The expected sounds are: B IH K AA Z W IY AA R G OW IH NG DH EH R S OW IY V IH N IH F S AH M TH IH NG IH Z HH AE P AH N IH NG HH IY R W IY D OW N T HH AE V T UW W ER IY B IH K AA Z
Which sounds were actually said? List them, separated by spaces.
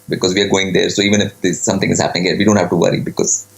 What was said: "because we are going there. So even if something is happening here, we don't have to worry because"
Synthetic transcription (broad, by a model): B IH K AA Z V IY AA R G OW IH NG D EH R S OW IY V IH N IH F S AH M T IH NG IH Z HH AE P AH N IH NG HH IY R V IY D OW N T HH AE V T UW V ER IY B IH K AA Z